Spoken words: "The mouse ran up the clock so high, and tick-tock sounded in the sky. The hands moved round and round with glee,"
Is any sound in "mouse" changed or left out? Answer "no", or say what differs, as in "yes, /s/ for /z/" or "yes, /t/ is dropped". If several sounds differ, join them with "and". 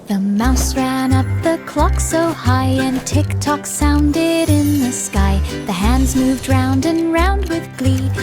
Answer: no